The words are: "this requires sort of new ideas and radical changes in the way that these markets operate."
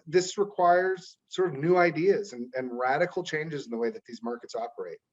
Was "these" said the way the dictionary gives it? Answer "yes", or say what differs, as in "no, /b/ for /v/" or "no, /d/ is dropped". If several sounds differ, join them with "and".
yes